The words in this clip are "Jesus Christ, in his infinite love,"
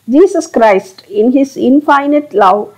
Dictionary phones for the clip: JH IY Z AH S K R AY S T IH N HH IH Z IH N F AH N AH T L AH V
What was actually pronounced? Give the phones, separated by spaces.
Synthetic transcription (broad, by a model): JH IY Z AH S K R AY S T IH N HH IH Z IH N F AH N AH T L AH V